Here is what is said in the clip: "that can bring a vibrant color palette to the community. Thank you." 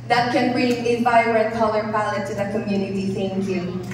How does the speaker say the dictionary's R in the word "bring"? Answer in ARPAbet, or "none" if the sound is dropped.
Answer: R